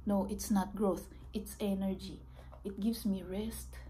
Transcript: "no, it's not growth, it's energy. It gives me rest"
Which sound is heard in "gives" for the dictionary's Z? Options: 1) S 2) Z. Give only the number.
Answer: 1